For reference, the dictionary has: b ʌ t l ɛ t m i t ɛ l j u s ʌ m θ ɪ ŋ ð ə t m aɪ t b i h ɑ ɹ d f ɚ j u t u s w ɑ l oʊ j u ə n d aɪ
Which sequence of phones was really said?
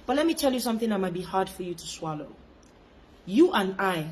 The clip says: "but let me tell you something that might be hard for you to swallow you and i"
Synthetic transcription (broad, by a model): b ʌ t l ɛ t m i t ɛ l j u s ʌ m θ ɪ ŋ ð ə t m aɪ t b i h ɑ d f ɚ j u t u s w ɑ l oʊ j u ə n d aɪ